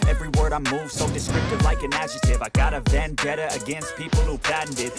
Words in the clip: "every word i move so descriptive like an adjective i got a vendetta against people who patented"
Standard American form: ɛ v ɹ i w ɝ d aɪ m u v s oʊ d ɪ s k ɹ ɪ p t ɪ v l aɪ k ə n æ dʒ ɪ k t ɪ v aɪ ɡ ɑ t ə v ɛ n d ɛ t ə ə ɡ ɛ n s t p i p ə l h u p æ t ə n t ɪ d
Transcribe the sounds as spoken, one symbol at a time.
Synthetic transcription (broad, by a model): ɛ v ɹ i w ɝ d aɪ m u v s oʊ d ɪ s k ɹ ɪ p t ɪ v l aɪ k ə n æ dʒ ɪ t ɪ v aɪ ɡ ɑ t ə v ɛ n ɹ ɛ t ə ə ɡ ɛ n s t p i p l h u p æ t n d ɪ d